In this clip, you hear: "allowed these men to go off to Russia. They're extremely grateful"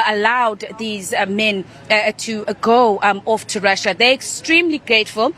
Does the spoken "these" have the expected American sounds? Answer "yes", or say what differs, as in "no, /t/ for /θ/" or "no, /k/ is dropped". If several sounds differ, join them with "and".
yes